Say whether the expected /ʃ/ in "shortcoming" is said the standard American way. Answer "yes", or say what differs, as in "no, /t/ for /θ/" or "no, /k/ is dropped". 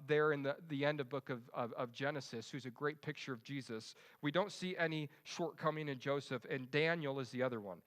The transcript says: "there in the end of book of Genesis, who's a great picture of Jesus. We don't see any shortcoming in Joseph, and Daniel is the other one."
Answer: yes